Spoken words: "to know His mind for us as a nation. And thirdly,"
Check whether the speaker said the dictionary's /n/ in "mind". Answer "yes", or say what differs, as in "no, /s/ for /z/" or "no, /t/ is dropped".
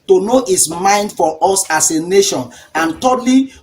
yes